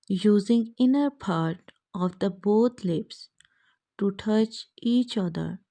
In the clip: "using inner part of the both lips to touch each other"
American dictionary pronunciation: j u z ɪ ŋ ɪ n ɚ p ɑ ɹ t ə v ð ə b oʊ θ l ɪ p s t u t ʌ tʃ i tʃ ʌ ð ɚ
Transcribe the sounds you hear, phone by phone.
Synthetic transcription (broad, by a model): j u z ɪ ŋ ɪ n ɚ p ɑ ɹ t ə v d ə b oʊ t l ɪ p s t u t ʌ tʃ i tʃ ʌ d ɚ